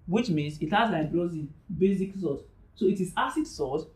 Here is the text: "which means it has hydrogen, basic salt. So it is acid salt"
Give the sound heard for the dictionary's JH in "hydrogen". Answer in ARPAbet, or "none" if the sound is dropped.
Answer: Z